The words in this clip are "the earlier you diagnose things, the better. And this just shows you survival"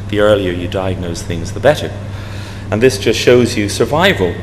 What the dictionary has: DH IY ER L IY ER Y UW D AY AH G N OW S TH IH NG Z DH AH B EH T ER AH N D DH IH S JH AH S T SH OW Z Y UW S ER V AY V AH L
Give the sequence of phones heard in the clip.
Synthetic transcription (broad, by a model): DH IY ER L IY ER Y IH D AY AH G N OW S TH IH NG Z DH AH B EH T ER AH N DH IH S JH AH S T SH OW Z Y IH S ER V AY V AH L